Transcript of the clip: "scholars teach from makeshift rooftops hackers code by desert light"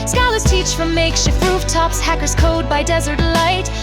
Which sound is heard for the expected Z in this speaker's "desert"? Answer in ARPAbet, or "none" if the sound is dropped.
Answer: Z